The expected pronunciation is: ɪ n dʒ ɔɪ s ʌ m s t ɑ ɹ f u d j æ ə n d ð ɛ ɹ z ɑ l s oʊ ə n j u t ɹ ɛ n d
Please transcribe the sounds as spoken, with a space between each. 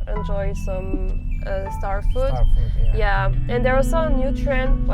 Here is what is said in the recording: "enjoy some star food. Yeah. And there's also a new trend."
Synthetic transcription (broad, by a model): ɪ n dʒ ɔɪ s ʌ m s t ɑ ɹ f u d j æ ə n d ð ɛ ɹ ɑ s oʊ ə n j u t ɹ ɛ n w